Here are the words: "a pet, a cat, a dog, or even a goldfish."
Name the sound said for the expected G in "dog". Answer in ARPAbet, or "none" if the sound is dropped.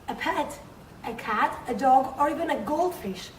G